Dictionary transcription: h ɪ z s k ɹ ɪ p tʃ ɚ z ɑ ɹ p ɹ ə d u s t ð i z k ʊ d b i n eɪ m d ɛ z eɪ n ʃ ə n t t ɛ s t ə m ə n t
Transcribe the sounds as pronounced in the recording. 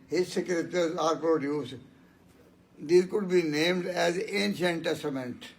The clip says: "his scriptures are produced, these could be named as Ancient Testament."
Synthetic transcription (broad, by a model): h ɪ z s k ɹ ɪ tʃ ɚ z ɑ ɹ p ɹ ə d u s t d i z k ʊ d b i n eɪ m d ɛ z eɪ n ʃ ə n t t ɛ s t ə m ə n t